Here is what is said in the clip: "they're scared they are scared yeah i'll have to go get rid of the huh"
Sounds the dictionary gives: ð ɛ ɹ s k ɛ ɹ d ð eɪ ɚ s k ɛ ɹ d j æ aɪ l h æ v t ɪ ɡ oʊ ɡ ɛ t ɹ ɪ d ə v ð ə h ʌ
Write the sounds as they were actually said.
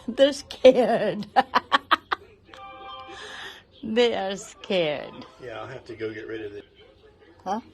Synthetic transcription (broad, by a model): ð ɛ ɹ s k ɛ ɹ d ð eɪ ɚ s k ɛ ɹ d j æ aɪ l h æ f t ɪ ɡ oʊ ɡ ɛ t ɹ ɪ d ə v ð ə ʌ